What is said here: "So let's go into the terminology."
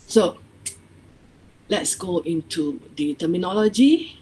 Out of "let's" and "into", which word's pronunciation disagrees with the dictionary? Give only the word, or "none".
none